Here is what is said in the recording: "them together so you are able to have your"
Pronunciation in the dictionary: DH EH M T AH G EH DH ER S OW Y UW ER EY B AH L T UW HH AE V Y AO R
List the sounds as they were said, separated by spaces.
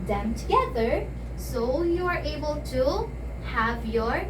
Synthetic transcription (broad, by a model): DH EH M T AH G EH DH ER S OW Y UW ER EY B AH L T UW HH AE V Y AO R